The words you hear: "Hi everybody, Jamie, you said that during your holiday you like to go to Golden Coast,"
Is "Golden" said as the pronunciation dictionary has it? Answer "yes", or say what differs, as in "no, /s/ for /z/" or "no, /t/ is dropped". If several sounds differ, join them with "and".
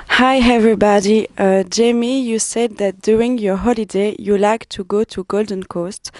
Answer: yes